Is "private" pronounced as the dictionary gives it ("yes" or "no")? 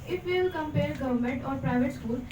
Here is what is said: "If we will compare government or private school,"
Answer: yes